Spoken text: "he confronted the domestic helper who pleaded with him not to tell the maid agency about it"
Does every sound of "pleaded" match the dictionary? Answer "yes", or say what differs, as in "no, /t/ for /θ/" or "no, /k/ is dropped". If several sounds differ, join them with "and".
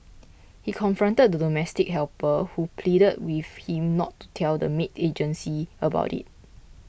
yes